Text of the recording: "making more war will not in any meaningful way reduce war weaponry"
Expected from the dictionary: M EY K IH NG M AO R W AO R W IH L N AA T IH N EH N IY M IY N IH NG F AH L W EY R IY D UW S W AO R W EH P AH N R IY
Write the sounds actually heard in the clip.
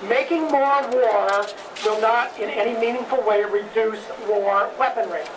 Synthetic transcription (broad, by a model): M EY K IH NG M AO R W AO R W IH L N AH T IH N EH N IY M IY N IH NG F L W EY R IY D UW S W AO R W EH P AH N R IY